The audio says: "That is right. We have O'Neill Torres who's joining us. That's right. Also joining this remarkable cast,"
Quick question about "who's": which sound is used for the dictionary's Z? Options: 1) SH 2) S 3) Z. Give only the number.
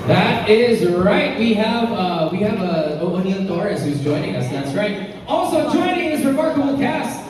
3